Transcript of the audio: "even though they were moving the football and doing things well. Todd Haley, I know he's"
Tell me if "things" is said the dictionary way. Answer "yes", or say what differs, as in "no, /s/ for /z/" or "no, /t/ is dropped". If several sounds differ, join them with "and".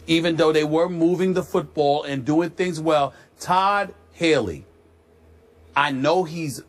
yes